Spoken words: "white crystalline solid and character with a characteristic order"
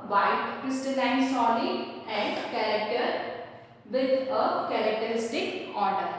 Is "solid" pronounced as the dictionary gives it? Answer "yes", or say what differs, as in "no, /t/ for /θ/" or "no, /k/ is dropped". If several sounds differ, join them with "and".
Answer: no, /d/ is dropped